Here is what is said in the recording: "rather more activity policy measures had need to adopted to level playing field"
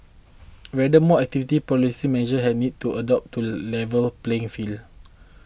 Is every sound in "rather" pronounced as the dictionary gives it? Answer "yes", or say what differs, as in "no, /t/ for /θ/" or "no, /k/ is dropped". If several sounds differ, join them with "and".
no, /w/ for /ɹ/